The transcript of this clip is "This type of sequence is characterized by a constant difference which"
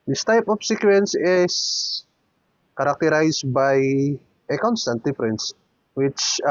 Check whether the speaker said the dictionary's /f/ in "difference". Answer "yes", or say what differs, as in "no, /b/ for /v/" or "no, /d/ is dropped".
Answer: no, /p/ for /f/